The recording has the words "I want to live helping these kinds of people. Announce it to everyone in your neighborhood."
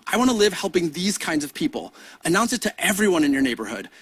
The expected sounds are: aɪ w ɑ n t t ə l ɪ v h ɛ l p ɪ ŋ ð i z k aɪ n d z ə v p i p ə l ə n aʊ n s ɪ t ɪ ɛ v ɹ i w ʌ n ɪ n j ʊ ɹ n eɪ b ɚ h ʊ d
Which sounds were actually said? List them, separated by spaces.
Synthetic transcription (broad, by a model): aɪ w ɑ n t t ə l ɪ v h ɛ l p ɪ ŋ ð i z k aɪ n d z ə v p i p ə l ə n aʊ n s ɪ t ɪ ɛ v ɹ i w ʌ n ɪ n j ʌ ɹ n eɪ b ɚ h ʊ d